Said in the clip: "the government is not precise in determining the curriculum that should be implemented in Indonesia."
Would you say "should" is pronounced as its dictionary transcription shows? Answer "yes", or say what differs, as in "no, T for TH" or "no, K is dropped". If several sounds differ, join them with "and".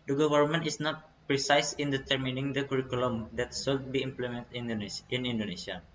no, S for SH